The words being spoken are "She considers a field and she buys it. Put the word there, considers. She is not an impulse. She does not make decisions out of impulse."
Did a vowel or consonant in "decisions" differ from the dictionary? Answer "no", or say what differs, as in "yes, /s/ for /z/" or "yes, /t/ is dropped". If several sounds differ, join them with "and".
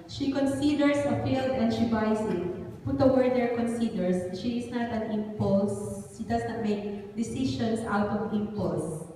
yes, /ʃ/ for /ʒ/ and /s/ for /z/